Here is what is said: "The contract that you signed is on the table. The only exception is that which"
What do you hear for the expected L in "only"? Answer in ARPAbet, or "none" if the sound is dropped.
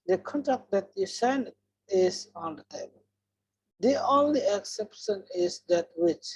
L